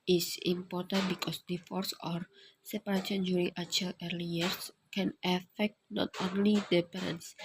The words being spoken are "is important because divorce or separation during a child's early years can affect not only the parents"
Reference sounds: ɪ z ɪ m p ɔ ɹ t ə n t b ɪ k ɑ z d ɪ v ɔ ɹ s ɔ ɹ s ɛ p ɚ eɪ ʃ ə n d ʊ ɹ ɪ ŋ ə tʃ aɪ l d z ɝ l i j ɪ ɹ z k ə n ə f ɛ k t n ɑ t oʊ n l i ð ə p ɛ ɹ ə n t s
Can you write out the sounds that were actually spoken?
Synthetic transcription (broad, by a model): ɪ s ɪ m p ɔ ɹ t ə n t b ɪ k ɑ s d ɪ f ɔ ɹ s ɔ ɹ s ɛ p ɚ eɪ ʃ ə n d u ɹ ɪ ŋ ə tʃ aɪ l ɝ l i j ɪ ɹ s k ə n ə f ɛ k t n ɑ t oʊ n l i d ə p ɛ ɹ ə n s